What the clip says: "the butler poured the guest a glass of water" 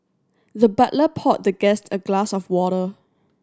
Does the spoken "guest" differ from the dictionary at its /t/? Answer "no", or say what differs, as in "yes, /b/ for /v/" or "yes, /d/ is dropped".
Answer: no